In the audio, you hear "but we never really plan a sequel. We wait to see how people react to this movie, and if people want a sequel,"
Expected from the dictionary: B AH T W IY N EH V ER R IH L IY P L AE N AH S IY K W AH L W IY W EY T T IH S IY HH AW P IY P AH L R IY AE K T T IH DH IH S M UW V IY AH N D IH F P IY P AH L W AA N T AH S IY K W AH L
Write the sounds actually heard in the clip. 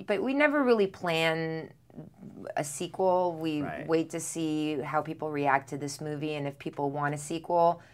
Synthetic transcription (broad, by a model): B AH T W IY N EH V ER R IH L IY P L AE N AH S IY K W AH L W IY W EY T T IH S IY HH AW P IY P L R IY AE K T T IH DH IH S M UW V IY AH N IH F P IY P L W AA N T AH S IY K W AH L